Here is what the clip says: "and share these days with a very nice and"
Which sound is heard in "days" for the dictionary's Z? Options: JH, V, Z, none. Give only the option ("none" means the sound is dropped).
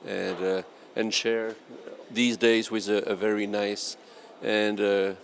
Z